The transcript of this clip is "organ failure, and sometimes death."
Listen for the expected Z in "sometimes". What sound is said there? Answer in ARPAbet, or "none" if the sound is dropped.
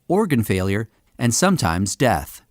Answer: Z